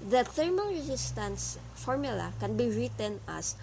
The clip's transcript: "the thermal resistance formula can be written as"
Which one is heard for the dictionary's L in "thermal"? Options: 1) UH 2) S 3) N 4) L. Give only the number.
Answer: 3